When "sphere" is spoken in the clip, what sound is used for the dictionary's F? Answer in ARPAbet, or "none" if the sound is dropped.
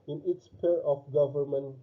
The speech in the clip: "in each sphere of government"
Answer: P